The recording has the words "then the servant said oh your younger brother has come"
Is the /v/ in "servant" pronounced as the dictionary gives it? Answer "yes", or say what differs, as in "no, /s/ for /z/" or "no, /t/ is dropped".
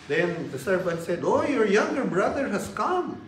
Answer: no, /b/ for /v/